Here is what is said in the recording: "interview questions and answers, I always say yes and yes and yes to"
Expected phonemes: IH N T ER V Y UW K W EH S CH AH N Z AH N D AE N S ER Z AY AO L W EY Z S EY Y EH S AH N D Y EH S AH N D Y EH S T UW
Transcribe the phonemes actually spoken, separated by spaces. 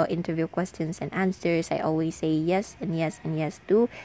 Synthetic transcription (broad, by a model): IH N T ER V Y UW K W EH S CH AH N S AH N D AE N S ER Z AY AO L W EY S EY Y EH S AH N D Y EH S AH N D Y EH S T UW